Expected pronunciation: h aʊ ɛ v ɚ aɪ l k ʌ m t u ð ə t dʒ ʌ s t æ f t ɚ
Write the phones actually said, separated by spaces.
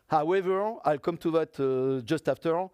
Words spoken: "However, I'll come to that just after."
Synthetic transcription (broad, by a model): h aʊ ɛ v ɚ aɪ l k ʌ m t u ð ə t dʒ ʌ s t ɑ f t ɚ